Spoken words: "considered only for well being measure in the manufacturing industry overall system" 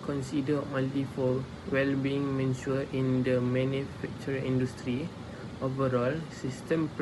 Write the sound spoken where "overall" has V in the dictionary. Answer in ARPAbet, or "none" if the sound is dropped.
V